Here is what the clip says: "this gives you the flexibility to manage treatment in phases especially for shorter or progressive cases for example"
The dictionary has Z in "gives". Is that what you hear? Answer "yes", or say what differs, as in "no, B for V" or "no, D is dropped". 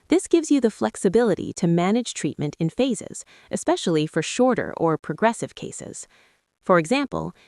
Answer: yes